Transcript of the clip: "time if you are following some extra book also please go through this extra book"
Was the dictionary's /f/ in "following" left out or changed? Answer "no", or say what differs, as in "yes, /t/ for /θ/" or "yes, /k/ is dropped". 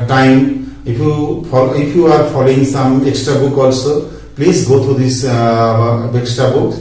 yes, /p/ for /f/